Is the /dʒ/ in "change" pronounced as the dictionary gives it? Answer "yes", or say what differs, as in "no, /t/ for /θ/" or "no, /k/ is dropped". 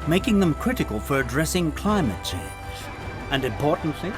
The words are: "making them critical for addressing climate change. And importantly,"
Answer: no, /z/ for /dʒ/